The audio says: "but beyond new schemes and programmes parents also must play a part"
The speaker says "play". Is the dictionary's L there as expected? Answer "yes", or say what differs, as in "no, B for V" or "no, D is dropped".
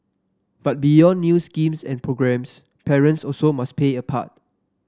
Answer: no, L is dropped